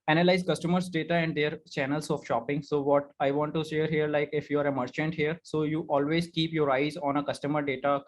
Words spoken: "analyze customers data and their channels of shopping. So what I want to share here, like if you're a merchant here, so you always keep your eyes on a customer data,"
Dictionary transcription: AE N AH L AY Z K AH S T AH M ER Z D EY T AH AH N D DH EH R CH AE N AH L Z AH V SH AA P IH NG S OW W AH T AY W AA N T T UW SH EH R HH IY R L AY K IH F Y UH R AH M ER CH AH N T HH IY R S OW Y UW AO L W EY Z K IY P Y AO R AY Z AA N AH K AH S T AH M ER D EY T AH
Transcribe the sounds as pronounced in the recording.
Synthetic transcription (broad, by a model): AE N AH L AY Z K AH S T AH M ER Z D EY T AH AH N D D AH R CH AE N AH L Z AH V SH AA P IH NG S OW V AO T AY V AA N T T UW SH EH R HH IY R L AY K IH F Y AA R AH M ER CH AH N T HH IY R S OW Y UW AO L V EY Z K IY P Y AO R AY Z AA N AH K AH S T AH M ER D EY T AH